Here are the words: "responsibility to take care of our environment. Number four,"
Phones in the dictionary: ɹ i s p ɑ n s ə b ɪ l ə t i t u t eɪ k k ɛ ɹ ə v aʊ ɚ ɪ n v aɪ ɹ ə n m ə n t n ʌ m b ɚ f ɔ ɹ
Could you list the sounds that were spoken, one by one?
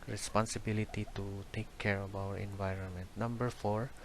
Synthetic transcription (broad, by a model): ɹ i s p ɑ n s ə b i l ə t i t u t eɪ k k ɛ ɹ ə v aʊ ɚ ɪ n v aɪ ɹ ə n m ə n t n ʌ m b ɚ f ɔ ɹ